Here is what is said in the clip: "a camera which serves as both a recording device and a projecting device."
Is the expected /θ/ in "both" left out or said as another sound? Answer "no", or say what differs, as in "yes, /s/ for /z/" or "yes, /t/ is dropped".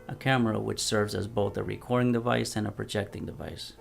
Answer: no